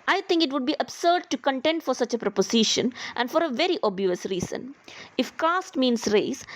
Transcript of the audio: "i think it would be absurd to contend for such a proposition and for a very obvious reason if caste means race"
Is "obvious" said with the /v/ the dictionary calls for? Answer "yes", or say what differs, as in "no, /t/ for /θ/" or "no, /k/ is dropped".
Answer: no, /v/ is dropped